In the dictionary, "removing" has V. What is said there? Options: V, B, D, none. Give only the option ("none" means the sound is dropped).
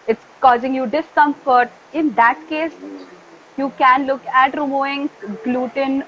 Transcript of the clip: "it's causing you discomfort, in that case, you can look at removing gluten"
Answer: none